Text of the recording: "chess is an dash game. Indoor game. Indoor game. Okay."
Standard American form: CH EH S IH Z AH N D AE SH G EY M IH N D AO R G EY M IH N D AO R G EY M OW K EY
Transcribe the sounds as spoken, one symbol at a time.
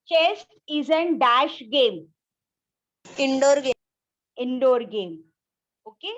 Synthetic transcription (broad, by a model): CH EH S IH Z AH N D AE SH G EY M IH N D AO R G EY IH N D AO R G EY M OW K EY